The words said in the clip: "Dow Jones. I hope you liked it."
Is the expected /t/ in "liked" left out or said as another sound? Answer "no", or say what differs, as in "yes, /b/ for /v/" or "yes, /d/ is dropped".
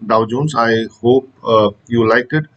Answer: yes, /t/ is dropped